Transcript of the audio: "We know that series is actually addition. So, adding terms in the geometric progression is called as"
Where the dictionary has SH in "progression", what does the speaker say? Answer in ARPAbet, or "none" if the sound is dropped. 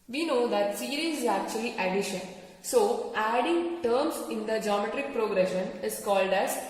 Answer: SH